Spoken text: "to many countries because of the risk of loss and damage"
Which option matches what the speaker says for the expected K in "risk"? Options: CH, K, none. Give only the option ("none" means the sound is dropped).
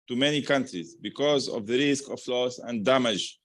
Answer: K